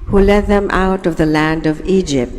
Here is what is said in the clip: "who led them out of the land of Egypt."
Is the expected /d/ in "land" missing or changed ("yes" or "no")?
no